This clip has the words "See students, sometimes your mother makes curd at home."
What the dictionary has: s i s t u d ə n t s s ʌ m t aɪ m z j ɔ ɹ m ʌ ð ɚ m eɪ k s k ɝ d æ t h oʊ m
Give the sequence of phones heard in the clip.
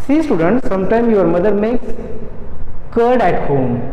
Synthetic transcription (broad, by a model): s i s t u d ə n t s s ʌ m t aɪ m j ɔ ɹ m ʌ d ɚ m eɪ k s k ɝ d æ t h oʊ m